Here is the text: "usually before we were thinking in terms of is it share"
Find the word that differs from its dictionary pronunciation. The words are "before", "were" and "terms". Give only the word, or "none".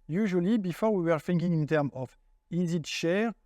terms